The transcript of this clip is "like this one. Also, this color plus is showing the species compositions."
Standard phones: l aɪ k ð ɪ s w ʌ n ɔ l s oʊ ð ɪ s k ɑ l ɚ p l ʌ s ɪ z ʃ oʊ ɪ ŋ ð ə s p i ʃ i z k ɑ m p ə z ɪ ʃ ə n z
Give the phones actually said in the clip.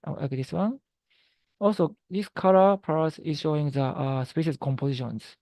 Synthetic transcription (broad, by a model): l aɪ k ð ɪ s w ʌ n ɔ l s oʊ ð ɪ s k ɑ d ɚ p ʌ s ɪ z ʃ oʊ ɪ ŋ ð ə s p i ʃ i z k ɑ m p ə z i ʃ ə n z